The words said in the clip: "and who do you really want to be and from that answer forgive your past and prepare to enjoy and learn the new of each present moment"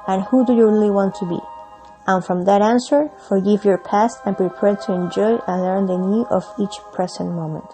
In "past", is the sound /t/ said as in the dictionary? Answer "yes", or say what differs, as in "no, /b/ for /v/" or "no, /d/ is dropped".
yes